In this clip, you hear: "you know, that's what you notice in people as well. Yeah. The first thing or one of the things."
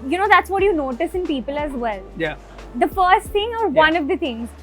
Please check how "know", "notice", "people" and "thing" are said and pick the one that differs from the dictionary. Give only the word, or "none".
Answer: thing